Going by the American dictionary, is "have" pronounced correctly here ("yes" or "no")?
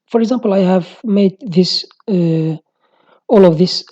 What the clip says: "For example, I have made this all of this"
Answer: yes